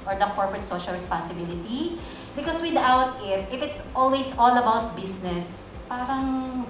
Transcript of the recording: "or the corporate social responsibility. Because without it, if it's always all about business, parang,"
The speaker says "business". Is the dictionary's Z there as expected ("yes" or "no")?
no